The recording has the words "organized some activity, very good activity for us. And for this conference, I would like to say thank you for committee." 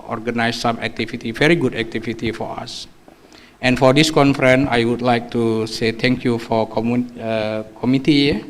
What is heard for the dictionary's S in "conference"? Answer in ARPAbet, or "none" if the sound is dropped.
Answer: none